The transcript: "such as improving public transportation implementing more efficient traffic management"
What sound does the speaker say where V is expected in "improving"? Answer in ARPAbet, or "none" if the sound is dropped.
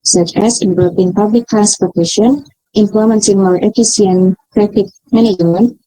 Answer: P